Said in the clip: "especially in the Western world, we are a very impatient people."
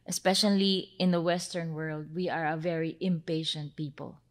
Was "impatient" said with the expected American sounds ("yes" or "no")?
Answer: yes